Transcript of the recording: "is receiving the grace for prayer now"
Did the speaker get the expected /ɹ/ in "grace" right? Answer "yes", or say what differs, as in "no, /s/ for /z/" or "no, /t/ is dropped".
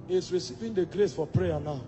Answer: yes